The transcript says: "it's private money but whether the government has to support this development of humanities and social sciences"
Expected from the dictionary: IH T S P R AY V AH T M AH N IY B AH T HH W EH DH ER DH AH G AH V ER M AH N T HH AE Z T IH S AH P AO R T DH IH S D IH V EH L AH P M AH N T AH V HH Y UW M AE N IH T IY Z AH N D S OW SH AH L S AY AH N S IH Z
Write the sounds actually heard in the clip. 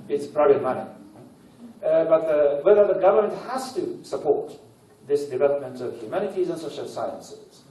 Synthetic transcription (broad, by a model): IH T S P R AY B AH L M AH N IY B AH T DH W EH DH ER DH AH G AH V ER M AH N T HH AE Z T IH S AH P AO R T DH IH S D IH V EH L AH P M AH N T AH V HH Y UW M AE N IH T IY Z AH N S OW SH AH L S AY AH N S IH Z